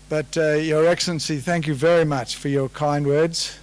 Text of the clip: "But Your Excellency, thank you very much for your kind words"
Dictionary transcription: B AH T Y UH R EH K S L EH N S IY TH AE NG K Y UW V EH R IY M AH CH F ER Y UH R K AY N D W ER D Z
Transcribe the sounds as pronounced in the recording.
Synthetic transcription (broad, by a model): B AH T Y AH R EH K S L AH N S IY TH AE NG K Y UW V EH R IY M AH CH F ER Y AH R K AY N D W ER D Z